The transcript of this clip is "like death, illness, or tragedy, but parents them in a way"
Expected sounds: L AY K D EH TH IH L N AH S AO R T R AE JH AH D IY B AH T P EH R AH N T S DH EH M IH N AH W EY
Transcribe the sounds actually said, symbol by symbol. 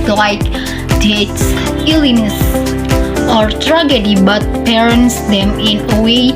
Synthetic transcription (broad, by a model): L AY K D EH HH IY L AH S AO R T R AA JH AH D IY B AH T P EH R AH N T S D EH M IH N AH W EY